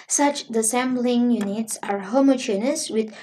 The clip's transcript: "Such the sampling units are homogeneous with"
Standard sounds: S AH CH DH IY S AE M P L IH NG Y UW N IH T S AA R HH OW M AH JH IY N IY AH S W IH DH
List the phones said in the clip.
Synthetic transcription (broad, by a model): S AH CH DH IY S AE M B L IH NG Y UW N IH T S AA R HH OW M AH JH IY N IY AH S W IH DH